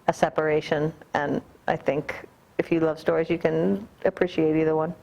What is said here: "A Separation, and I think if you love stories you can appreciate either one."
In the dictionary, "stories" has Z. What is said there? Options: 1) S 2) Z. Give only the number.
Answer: 2